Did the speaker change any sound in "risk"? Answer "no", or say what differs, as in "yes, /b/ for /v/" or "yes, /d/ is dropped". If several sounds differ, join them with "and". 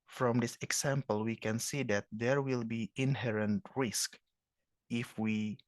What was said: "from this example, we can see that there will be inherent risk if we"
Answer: no